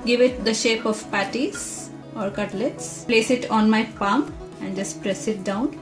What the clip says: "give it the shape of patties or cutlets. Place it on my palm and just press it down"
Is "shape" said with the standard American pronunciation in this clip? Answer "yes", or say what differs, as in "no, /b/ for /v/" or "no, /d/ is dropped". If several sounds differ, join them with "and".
yes